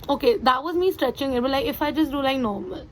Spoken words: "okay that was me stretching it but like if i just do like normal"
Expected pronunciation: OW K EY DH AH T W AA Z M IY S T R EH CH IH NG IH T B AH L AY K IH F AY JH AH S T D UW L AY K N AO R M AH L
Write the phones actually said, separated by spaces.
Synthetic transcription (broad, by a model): OW K EY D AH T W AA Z M IY S T R EH CH IH NG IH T B AH L AY K IH F AY JH AH S T D UW L AY K N AO R M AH L